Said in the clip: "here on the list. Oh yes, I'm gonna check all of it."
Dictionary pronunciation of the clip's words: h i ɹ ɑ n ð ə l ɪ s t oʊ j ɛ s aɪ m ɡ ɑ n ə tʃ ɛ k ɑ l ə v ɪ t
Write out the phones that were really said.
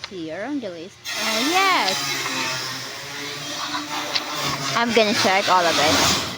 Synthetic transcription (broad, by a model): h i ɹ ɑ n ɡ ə l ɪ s oʊ j ɛ s aɪ m ɡ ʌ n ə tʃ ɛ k ɑ l ə v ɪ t